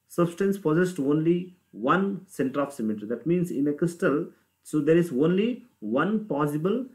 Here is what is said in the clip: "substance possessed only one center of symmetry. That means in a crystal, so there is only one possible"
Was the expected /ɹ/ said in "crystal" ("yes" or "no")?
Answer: yes